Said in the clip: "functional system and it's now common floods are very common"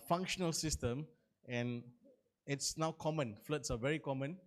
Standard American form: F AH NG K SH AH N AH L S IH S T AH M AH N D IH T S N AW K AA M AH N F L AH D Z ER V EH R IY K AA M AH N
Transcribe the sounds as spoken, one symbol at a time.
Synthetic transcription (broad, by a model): F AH NG K SH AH N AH L S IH S T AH M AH N IH T S N AW K AA M AH N F L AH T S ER V EH R IY K AA M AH N